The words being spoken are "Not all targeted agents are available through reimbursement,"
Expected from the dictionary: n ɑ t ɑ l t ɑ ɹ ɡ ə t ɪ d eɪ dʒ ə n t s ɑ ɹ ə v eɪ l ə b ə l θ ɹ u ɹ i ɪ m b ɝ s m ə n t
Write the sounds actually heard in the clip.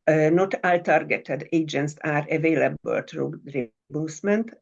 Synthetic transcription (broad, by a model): n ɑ t ɑ l t ɑ ɹ ɡ ə t ɪ d eɪ dʒ ə n t s ɑ ɹ ə v eɪ l ə b ə l t ɹ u ɹ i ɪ b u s m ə n t